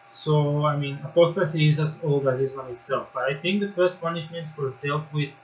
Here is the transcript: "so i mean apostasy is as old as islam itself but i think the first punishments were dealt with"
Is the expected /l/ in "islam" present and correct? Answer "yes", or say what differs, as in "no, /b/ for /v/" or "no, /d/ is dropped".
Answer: no, /l/ is dropped